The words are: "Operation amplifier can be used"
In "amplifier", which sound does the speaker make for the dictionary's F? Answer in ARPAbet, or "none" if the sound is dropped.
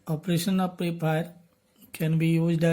P